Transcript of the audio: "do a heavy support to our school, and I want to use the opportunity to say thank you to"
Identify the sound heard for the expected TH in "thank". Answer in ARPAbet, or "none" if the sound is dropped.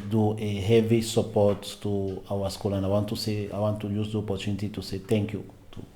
T